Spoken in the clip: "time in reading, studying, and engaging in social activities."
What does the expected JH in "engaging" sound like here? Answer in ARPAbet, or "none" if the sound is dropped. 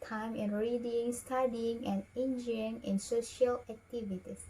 none